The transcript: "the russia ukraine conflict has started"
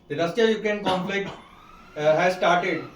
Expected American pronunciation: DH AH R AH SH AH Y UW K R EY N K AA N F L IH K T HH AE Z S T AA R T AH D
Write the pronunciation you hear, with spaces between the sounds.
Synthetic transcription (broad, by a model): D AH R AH S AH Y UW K EY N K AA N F L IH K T HH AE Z S T AA R T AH D